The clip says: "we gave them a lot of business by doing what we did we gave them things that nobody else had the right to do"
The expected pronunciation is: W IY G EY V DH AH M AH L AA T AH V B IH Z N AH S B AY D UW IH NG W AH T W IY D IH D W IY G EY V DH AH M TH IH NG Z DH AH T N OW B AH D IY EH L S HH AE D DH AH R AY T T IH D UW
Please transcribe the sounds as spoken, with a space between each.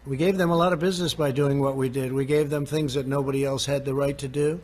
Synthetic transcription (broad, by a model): W IY G EY V DH AH M AH L AA T AH V B IH Z N AH S B AY D UW IH NG W AH T W IY D IH D W IY G EY V DH AH M TH IH NG Z DH AH T N OW B AH D IY EH L S HH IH D DH AH R AY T T IH D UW